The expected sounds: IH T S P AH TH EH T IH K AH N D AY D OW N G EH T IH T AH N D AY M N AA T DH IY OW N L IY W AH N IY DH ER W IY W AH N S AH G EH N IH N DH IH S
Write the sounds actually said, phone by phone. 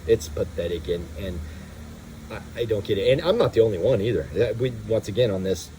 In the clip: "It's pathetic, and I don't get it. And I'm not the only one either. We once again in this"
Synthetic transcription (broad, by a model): IH T S P AH TH EH T IH K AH N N AY D OW N G EH T IH T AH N AY M N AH T DH IY OW N L IY W AH N IY DH ER W IY W AH N S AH G EH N IH N DH IH S